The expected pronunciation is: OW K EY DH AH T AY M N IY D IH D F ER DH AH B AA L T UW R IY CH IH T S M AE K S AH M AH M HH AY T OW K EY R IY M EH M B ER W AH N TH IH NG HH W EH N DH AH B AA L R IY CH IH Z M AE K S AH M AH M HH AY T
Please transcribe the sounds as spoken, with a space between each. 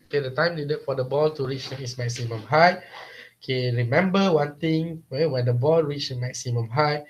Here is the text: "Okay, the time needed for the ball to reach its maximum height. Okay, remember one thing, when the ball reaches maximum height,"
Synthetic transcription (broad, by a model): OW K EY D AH T AY M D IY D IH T F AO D AH B AA L T UW R IY CH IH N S M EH K S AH M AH M HH AY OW K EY R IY M EH M B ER W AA N T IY NG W W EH N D AH B AA L R IY CH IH M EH K S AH M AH M HH AY